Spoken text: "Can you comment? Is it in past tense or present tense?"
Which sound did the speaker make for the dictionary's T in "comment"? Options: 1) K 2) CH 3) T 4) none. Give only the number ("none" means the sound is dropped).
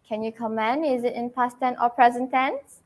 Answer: 4